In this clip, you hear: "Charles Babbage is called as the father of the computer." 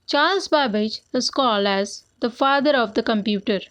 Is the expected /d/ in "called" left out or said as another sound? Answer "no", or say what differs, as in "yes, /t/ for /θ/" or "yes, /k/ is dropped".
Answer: yes, /d/ is dropped